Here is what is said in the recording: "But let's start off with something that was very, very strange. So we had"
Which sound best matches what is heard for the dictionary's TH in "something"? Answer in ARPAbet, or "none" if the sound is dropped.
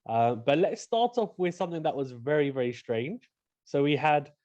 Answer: TH